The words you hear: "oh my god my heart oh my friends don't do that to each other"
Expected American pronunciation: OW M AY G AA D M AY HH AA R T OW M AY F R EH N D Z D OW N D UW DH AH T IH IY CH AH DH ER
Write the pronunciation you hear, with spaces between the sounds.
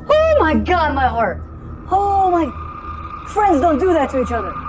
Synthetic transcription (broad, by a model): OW M AY G AA D M AY HH AA R T OW M AY F R EH N D Z D OW N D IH DH AH T IH IY CH AH DH ER